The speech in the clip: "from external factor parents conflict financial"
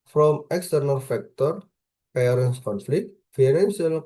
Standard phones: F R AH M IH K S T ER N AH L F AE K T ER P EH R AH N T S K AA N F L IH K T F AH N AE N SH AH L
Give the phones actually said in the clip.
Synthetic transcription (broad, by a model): F R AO M IH K S T ER N AH L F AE K T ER P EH R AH N S K AA N F L IH K T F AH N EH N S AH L